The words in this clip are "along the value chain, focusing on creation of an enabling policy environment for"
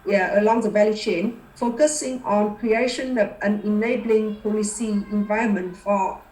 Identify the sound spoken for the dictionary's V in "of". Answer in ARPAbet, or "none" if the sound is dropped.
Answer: P